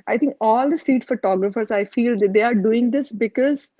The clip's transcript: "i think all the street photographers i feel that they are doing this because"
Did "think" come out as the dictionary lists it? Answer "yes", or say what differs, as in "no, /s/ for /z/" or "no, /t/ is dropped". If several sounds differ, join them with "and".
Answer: no, /t/ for /θ/